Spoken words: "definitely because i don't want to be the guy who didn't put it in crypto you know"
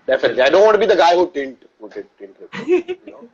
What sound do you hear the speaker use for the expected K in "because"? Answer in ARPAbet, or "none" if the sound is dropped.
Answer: none